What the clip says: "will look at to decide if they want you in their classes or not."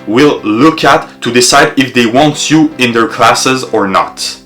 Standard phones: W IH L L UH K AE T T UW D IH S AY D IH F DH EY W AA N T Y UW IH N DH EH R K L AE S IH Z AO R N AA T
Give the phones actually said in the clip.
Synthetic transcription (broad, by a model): W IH L L UH K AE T T UW D IH S AY D IH F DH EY W AA N T Y UW IH N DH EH R K L AE S IH Z AO R N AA T